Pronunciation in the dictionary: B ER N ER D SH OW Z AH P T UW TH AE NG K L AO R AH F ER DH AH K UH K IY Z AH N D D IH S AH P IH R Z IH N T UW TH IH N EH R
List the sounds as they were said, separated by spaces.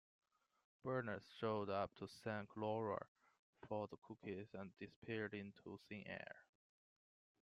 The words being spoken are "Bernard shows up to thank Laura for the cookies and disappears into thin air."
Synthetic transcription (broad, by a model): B ER N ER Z SH OW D AH P T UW S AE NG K L AO R AH F ER DH AH K UH K IY Z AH N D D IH S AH P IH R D IH N T UW S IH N EH R